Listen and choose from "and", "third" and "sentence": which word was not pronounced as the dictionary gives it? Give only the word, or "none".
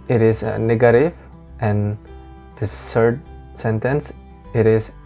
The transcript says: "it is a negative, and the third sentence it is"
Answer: third